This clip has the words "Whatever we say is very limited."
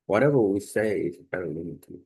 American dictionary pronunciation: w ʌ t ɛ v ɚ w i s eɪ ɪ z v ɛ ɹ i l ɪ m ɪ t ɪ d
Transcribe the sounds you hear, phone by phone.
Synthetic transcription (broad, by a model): w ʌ t ɛ v ɚ w i s eɪ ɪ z b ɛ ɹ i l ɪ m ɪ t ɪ